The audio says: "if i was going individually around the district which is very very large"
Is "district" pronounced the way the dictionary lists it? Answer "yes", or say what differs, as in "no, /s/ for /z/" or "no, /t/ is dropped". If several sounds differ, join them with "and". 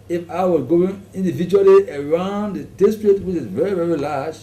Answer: no, /k/ is dropped